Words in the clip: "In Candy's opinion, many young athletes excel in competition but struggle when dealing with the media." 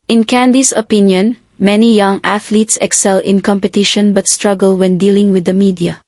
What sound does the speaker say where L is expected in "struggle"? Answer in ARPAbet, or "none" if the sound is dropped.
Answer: L